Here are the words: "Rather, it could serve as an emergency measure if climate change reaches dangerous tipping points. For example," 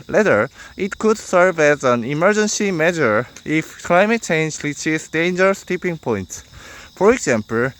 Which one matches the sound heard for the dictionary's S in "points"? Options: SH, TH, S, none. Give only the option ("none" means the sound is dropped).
S